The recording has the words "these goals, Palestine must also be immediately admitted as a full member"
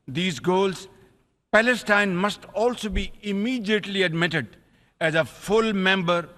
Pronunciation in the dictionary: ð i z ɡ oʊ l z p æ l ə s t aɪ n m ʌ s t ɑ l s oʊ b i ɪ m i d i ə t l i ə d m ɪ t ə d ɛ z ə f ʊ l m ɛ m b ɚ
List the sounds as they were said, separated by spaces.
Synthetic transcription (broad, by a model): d i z ɡ oʊ l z p æ l ə s t aɪ n m ʌ s t ɑ l s oʊ b i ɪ m i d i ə t l i ə d m ɪ t ə d ɛ z ə f ʊ l m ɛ m b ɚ